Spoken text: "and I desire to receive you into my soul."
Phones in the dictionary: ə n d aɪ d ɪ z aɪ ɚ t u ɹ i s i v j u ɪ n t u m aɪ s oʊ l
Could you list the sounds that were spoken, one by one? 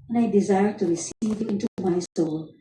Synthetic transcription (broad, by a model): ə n aɪ d ɪ z aɪ ɚ t u ɹ i s i v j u ɪ n t u m aɪ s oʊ l